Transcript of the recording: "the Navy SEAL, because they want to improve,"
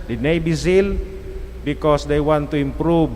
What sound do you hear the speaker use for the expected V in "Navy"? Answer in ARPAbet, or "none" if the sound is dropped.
B